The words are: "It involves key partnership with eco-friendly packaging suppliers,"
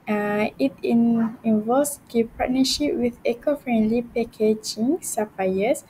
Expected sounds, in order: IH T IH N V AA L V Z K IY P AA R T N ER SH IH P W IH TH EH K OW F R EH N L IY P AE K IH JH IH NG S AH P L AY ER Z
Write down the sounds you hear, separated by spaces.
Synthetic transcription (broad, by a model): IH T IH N IY N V S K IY P AA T N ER SH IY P W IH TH EH K OW F R EH N L IY P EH K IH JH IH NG S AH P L AY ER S